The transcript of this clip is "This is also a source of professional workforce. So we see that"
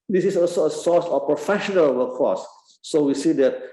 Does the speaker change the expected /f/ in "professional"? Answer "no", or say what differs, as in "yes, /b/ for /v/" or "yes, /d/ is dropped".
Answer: no